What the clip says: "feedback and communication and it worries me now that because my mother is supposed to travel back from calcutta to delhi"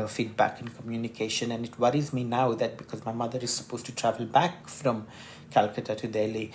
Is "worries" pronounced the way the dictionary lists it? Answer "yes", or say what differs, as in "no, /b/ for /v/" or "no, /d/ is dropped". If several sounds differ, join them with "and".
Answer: yes